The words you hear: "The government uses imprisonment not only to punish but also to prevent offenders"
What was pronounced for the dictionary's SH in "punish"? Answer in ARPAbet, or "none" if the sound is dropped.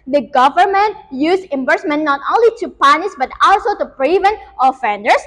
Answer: S